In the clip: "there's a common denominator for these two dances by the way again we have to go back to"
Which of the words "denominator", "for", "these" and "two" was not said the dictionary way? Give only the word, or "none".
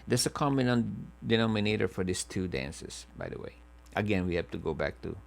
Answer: these